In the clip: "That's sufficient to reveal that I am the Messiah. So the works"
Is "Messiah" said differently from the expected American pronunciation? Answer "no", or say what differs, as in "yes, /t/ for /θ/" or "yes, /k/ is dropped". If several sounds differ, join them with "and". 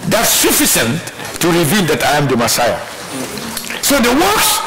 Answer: no